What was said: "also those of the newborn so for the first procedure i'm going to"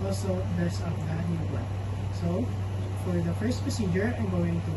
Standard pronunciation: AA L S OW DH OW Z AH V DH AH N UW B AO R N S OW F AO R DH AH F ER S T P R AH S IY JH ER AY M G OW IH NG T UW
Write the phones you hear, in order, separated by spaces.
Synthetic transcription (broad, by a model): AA L S OW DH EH S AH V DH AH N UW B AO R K S OW F AO R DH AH F ER S T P AH S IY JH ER AY M G OW IH NG T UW